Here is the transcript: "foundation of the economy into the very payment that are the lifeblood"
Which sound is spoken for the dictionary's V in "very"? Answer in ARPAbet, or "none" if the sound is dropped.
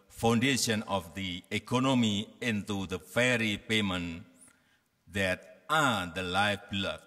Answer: F